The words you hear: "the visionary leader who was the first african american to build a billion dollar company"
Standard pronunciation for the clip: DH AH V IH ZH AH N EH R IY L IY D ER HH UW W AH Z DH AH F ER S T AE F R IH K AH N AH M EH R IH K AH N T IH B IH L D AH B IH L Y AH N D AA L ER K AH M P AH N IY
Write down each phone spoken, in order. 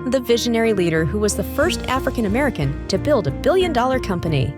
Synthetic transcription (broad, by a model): DH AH V IH ZH AH N EH R IY L IY D ER HH UW W AH Z DH AH F ER S T AE F R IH K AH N AH M EH R IH K AH N T IH B IH L D AH B IH L Y AH N D AA L ER K AH M P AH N IY